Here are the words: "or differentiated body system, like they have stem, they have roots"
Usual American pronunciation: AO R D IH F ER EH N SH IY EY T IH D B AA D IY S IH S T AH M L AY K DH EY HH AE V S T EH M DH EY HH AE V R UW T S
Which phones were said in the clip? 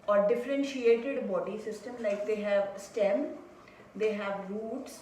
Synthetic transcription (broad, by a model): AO R D IH F ER EH N SH IY EY T IH D B AA D IY S IH S T AH M L AY K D EY HH AE V S T EH M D EY HH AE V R UW T S